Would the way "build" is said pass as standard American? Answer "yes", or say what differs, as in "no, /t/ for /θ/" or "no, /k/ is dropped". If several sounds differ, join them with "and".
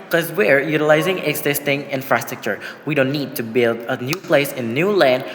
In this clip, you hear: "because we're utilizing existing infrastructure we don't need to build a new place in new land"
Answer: yes